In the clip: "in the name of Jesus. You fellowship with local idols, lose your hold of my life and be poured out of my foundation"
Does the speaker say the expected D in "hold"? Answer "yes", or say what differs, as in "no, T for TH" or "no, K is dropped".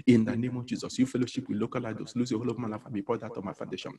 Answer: no, D is dropped